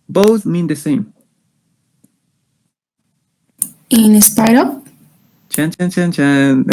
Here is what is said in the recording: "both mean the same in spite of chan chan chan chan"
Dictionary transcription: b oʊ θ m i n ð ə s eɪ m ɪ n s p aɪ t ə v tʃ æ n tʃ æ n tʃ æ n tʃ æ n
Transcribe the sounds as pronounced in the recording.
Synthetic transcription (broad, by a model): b oʊ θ m i n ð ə s eɪ m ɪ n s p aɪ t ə p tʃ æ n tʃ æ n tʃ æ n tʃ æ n